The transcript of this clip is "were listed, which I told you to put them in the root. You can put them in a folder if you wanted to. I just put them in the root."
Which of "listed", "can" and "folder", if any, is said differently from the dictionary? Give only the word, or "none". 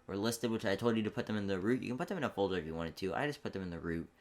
none